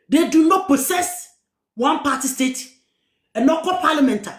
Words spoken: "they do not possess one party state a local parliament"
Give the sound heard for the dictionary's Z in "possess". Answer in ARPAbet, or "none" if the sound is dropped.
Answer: S